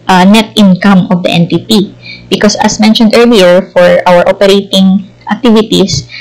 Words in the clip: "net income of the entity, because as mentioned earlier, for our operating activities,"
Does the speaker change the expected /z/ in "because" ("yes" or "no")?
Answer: yes